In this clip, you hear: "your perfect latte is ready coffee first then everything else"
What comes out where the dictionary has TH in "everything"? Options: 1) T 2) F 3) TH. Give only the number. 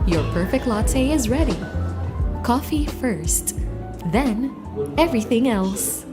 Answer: 3